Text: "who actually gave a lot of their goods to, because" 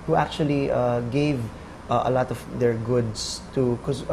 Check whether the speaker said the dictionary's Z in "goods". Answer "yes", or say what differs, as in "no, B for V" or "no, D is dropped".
no, S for Z